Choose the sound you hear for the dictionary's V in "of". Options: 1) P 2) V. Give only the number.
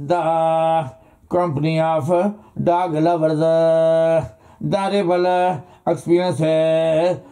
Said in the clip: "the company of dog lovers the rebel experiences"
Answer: 1